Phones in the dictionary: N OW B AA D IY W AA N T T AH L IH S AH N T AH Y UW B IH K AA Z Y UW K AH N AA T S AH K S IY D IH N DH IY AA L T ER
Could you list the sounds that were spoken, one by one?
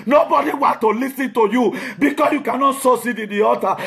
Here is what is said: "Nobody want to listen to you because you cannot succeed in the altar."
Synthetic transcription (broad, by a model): N OW B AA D IY W AA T T AH L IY S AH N T AH Y UW B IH K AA S Y UW K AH N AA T S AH S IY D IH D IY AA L T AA